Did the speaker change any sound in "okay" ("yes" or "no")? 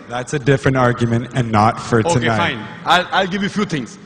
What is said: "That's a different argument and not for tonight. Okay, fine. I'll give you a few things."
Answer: yes